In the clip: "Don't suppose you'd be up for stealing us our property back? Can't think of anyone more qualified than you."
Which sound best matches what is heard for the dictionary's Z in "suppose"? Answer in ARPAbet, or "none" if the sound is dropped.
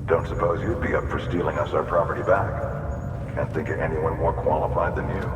Z